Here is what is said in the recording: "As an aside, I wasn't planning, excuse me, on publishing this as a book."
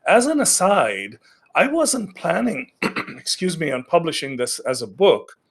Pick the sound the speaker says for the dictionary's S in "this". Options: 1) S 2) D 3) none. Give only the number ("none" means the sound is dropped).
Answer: 1